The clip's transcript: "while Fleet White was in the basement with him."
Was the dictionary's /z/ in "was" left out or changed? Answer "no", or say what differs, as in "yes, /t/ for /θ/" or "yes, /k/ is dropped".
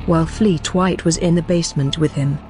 no